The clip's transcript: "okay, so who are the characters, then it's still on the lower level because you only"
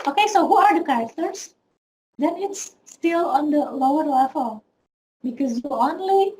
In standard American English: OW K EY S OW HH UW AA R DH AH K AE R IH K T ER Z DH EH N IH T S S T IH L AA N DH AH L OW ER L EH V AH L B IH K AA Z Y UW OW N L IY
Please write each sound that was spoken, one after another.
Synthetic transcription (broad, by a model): OW K EY S OW HH UW AA R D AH K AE R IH K T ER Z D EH N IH T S S T IH L AA N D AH L OW ER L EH F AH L B IH K AA Z Y UW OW N L IY